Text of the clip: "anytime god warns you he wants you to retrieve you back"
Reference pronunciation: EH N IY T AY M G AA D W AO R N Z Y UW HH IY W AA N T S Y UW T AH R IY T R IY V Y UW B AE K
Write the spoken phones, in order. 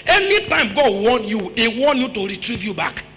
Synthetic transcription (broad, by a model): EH N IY T AY M G AA D W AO N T Y UW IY W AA N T Y UW T AH R IY T R IY V Y UW B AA K